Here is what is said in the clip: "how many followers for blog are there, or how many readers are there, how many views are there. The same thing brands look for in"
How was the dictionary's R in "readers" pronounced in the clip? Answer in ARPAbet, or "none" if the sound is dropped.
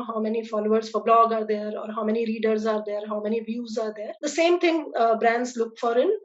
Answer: R